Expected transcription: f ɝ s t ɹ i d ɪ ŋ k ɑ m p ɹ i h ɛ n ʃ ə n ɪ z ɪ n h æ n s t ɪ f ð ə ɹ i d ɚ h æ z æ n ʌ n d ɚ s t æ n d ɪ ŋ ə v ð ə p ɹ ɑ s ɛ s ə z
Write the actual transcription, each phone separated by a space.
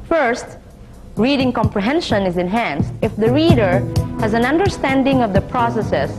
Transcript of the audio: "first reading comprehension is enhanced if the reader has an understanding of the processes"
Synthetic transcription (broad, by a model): f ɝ s t ɹ i d ɪ ŋ k ɑ m p ɹ i h ɛ n ʃ ə n ɪ z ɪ n h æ n s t ɪ f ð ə ɹ i d ɚ h æ z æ n ʌ n d ɚ s t æ n d ɪ ŋ ə v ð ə p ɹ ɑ s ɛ s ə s